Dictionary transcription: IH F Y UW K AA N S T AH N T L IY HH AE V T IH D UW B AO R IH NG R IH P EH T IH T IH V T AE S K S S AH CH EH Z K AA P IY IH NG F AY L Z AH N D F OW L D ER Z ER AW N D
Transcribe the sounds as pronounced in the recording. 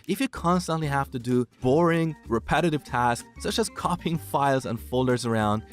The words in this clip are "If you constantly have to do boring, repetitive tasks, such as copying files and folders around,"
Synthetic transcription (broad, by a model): IH F Y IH K AA N S T AH N T L IY HH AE F T IH D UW B AO R IH NG R IH P EH T IH T IH V T AE S K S S AH CH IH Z K AA P IH NG F AY L Z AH N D F OW L D ER Z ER AW N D